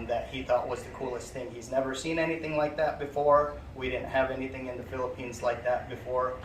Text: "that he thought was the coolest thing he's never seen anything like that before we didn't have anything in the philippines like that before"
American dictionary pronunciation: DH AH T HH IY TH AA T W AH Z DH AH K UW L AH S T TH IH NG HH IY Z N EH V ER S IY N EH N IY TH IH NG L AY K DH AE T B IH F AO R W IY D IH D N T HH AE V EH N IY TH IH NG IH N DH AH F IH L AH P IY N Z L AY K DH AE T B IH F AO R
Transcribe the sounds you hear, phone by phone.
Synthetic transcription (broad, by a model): DH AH T HH IY TH AA T W AH Z DH AH K UW L AH S T TH IH NG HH IY Z N EH V ER S IY N EH N IY TH IH NG L AY K DH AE T B IH F AO R W IY D IH D N T HH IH V EH N IY TH IH NG IH N DH AH F IH L AH P IY N Z L AY K DH AE T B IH F AO R